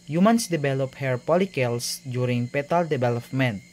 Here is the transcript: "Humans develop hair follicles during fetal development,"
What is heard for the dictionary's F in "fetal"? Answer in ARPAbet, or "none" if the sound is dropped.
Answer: P